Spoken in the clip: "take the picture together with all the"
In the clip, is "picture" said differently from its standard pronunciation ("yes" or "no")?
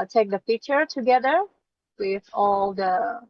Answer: yes